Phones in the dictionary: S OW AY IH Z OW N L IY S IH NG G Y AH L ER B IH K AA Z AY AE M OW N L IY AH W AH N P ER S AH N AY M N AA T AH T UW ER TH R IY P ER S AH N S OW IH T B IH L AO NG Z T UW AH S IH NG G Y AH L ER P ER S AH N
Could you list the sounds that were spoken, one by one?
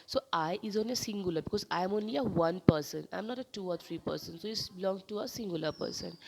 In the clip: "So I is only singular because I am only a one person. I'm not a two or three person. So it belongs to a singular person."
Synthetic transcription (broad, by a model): S OW AY IH Z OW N IY S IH NG G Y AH L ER B IH K AA Z AY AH M OW N L IY AH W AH N P ER S AH N AY M N AA T AH T UW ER T R IY P ER S AH N S OW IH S B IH L AO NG T UW AH S IH NG G Y AH L ER P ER S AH N